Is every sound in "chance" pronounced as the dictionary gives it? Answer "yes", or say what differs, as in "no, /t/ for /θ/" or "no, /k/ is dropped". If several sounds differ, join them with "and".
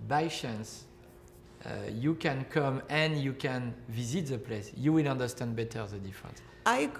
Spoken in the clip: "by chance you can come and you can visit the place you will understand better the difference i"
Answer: no, /ʃ/ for /tʃ/